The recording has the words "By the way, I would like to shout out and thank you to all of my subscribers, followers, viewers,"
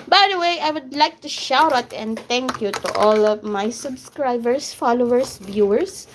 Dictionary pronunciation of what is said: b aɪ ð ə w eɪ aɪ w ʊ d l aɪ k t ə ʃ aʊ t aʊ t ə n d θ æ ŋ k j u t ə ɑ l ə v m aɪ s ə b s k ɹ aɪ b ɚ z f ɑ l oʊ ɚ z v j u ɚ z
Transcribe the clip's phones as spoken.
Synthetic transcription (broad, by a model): b aɪ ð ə w eɪ aɪ w ʊ d l aɪ k t ə ʃ aʊ t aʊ t ə n d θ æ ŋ k j u t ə ɑ l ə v m aɪ s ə b s k ɹ aɪ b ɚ s f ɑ l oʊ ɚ s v j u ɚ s